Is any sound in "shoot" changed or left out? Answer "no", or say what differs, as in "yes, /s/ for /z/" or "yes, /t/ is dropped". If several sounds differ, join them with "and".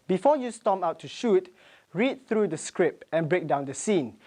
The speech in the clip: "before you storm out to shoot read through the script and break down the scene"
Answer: no